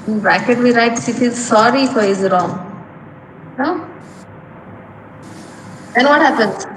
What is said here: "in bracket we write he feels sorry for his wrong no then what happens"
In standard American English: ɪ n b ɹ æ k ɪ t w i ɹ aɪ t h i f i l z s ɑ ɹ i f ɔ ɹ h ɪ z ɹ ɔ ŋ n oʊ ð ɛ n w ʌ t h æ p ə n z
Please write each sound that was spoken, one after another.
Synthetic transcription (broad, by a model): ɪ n b ɹ æ k ɪ t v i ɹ aɪ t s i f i z s ɑ ɹ i f ɔ ɹ h ɪ z ɹ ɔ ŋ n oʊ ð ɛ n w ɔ t h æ p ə n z